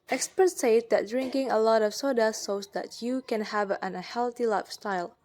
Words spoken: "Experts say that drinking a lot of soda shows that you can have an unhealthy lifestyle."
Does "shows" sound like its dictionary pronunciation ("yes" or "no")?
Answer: no